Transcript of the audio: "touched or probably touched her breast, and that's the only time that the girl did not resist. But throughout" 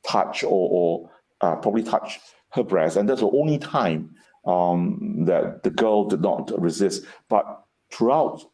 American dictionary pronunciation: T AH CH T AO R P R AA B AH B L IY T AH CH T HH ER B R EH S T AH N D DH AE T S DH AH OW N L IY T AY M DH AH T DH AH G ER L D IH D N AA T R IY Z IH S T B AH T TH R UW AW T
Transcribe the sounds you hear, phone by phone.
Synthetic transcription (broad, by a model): T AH CH T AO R P R AA B AH B L IY T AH CH HH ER B R EH S T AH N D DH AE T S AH OW N L IY T AY M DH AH T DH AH G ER L D IH D N AA T R IY Z IH S T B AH T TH R UW AW T